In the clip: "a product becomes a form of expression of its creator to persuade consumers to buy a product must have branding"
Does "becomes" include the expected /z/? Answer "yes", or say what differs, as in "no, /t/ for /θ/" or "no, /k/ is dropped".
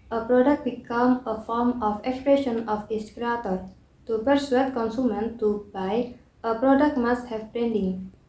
no, /z/ is dropped